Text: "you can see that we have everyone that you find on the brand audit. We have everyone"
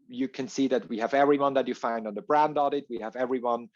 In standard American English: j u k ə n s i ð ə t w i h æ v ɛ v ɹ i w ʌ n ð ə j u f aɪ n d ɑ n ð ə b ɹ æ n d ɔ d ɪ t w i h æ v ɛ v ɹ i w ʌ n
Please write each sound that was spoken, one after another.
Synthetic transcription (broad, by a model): j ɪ k ə n s i ð ə t w i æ v ɛ v ɹ i w ʌ n ð ə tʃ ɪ f aɪ n d n ð ə b ɹ æ n d ɔ d ɪ t w i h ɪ v ɛ v ɹ i w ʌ n